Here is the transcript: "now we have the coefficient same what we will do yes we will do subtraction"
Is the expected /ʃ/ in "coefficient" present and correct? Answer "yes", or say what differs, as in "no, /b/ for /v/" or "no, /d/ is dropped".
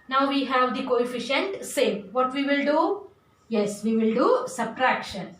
yes